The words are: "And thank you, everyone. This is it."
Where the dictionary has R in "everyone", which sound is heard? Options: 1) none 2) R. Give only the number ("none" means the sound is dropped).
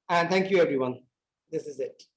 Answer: 2